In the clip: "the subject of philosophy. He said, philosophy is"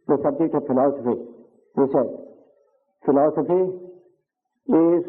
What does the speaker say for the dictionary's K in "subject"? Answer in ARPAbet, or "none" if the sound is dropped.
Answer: none